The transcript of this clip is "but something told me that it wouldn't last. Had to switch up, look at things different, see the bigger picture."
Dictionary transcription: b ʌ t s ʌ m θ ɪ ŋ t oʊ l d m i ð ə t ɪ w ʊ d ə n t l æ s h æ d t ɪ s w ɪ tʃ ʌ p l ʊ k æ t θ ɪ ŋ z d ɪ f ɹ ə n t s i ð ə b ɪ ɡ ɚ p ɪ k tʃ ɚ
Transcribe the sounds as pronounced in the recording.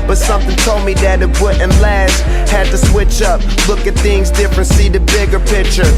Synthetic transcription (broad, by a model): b ʌ t s ʌ m θ ɪ ŋ t oʊ l d m i ð ə t ɪ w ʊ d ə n l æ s h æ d t ɪ s w ɪ tʃ ʌ p l ʊ k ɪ t θ ɪ ŋ z d ɪ f ɹ ə n t s i ð ə b ɪ ɡ ɚ p ɪ k tʃ ɚ